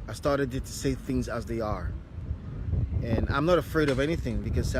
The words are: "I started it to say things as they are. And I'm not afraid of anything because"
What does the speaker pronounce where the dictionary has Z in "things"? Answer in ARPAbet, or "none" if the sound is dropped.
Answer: Z